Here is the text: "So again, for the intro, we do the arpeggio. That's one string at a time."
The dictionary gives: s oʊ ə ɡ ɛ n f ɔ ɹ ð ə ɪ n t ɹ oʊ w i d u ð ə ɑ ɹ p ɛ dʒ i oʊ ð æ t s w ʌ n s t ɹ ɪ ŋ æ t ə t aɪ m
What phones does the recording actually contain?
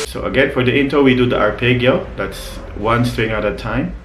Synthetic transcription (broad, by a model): s oʊ ə ɡ ɛ n f ɔ ɹ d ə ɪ n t oʊ w i d u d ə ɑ ɹ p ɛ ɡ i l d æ t s w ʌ n s t ɹ ɪ ŋ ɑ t ə t aɪ m